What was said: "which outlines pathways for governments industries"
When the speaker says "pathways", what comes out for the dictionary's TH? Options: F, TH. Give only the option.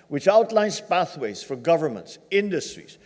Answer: TH